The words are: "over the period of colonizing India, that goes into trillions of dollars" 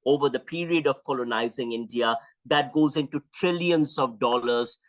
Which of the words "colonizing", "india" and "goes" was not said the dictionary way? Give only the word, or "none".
none